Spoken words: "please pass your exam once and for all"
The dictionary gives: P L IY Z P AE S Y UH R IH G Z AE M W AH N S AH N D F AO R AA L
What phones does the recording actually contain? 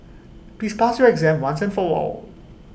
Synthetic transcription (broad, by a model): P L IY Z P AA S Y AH R IH G Z AE M W AH N S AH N F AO L AA L